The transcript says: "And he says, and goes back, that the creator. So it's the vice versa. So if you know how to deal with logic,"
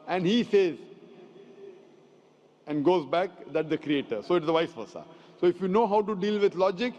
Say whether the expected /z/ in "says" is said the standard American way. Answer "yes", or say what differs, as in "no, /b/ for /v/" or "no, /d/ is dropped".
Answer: yes